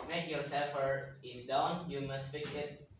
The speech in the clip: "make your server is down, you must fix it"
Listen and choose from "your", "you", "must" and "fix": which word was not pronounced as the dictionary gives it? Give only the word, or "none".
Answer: fix